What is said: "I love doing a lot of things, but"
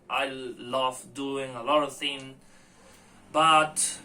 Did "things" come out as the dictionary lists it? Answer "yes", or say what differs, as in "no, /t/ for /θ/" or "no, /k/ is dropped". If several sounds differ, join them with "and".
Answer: no, /z/ is dropped